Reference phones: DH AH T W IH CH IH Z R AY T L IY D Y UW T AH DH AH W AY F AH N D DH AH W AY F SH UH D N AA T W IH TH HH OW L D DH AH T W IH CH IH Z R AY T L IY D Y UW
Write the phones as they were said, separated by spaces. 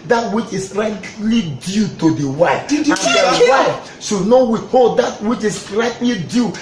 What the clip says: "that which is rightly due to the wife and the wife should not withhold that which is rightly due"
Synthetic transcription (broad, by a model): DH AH T W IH CH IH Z R AY T L IY D Y UW T AH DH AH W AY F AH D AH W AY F S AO N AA W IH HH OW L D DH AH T W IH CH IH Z R AY T L IY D Y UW